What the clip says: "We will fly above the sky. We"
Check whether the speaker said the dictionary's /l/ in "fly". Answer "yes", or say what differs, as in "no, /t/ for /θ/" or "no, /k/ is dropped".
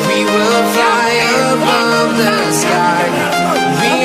no, /l/ is dropped